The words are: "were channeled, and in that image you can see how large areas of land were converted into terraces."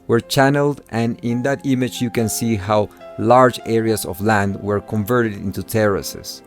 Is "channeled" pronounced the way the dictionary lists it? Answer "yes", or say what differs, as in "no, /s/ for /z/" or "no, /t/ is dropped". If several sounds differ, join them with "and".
yes